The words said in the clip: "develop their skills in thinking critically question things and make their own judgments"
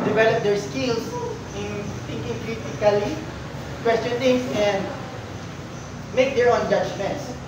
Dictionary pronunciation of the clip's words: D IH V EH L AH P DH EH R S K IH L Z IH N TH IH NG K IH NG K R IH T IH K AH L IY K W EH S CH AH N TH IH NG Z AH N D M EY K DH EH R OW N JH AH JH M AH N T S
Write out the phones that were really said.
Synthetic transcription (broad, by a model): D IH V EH L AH P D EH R S K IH L S IH N T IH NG K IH NG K R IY T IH K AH L IY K W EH S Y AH N T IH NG S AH N M EY K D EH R OW N JH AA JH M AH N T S